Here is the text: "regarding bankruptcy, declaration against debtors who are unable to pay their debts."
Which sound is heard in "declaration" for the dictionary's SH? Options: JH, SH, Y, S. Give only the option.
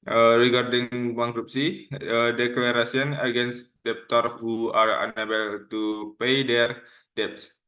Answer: S